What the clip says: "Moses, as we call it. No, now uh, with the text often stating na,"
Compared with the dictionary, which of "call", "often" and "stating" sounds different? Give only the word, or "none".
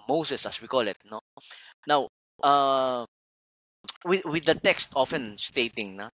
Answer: none